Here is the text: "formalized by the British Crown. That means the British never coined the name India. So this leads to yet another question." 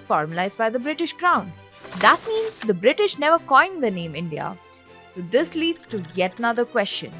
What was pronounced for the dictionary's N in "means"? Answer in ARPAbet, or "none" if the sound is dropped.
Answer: N